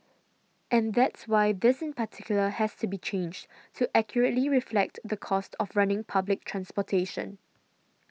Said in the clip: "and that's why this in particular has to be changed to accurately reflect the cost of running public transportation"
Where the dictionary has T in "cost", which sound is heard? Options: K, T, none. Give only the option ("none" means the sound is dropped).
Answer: T